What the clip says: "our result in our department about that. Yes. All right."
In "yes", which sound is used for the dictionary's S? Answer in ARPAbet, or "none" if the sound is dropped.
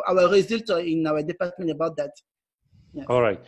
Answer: none